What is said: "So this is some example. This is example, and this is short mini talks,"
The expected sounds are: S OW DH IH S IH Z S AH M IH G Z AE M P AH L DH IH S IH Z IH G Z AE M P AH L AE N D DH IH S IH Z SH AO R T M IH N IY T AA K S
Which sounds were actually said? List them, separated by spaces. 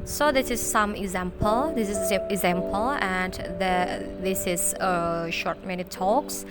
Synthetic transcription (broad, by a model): S OW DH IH S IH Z S AH M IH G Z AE M P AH L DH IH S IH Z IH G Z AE M P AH L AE N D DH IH S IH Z SH AO R T M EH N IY T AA K S